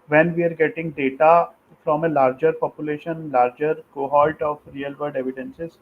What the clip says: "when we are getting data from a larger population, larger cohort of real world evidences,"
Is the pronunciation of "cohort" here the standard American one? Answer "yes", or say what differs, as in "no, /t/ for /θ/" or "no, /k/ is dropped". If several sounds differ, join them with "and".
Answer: no, /l/ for /ɹ/